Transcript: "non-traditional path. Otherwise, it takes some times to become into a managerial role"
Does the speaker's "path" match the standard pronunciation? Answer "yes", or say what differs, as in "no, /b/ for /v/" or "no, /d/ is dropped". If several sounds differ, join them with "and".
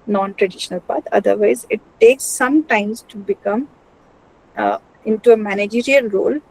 no, /t/ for /θ/